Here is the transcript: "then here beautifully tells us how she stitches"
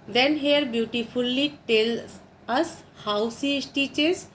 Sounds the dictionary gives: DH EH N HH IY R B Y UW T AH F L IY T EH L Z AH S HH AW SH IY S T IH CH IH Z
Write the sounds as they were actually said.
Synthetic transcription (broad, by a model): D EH N HH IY R B Y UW T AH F L IY T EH L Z AH S HH AW S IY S T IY CH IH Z